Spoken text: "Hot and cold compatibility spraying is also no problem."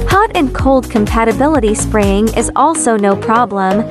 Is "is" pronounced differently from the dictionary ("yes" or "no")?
no